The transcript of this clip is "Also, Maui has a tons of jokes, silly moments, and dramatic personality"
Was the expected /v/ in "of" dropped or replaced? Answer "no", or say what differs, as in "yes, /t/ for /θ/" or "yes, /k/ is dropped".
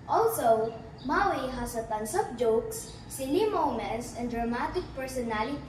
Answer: yes, /p/ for /v/